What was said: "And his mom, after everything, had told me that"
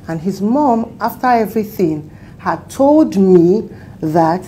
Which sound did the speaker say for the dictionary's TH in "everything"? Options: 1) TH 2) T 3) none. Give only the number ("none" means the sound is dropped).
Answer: 1